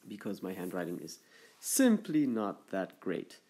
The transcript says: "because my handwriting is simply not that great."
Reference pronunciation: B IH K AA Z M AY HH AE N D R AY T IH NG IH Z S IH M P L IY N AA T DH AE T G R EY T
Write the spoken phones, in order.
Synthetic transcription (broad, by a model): B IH K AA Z M AY HH AE N D R AY T IH NG IH Z S IH M P L IY N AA T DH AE T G R EY T